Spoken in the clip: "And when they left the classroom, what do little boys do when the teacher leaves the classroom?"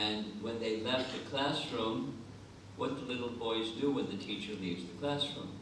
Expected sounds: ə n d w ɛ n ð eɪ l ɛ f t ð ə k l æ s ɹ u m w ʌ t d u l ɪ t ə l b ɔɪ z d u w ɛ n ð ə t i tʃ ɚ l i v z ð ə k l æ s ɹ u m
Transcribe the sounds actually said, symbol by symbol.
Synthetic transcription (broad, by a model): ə n w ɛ n ð eɪ l ɛ f t ð ə k l æ s ɹ u m w ʌ t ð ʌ l ɪ t l b ɔɪ z d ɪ w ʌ n ð ə t i tʃ ɚ l i v z ð ə k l æ s ɹ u m